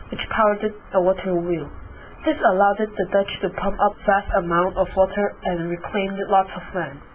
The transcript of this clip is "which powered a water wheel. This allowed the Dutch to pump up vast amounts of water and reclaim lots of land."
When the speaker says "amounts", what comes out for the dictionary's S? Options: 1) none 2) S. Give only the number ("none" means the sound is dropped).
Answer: 1